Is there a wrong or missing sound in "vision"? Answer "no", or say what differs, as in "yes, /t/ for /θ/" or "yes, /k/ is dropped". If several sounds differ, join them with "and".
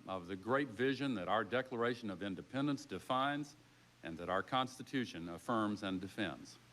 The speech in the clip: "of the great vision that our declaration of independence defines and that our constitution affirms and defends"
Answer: no